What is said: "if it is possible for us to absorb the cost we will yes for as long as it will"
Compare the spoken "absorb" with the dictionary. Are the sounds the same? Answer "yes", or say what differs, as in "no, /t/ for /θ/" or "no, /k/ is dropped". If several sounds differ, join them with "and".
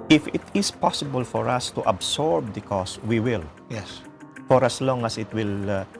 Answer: no, /s/ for /z/